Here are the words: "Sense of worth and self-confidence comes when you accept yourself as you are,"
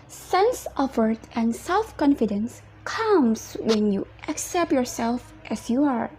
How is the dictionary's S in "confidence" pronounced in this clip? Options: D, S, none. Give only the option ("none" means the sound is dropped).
S